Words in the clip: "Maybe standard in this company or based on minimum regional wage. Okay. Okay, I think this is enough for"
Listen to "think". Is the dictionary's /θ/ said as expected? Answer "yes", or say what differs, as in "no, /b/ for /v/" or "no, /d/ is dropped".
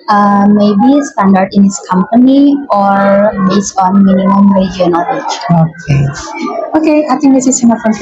no, /t/ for /θ/